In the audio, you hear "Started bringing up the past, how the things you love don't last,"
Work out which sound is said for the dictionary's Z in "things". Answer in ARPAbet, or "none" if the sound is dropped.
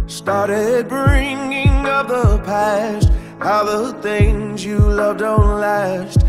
Z